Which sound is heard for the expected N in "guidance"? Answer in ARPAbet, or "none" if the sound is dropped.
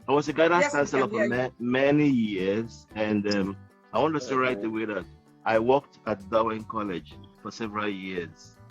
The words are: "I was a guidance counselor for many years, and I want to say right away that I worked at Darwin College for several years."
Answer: none